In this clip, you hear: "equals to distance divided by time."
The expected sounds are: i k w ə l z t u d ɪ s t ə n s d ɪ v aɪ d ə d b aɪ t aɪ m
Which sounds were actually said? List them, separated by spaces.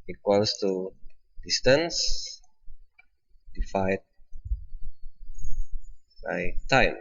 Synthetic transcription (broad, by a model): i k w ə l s t u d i s t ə n s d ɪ f aɪ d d b aɪ t aɪ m